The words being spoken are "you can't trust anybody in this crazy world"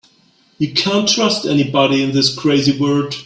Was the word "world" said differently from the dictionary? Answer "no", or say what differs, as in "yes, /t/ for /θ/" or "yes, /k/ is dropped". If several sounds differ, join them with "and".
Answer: yes, /l/ is dropped